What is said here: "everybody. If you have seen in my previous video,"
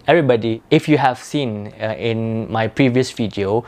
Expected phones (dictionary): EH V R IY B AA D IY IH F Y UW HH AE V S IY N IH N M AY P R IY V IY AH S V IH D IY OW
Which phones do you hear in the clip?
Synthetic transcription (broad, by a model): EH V R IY B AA D IY IH F Y UW HH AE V S IY N IH N M AY P R IY V IY AH S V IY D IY OW